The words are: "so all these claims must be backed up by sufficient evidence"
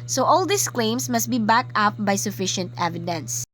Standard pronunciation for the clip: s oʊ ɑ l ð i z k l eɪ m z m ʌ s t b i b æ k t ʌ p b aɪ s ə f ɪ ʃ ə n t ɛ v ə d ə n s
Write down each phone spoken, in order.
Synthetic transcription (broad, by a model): s oʊ ɑ l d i s k l eɪ m s m ʌ s t b i b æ k ʌ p b aɪ s ə f ɪ ʃ ə n t ɛ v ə d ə n s